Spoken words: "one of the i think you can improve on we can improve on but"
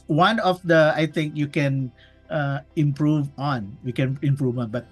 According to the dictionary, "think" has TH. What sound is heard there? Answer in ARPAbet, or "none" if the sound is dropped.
T